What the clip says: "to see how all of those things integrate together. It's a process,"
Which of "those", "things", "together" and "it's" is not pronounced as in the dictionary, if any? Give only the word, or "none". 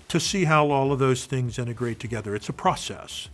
none